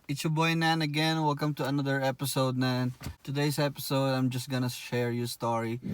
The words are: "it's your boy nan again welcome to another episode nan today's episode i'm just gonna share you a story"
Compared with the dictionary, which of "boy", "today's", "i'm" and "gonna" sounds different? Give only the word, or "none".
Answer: today's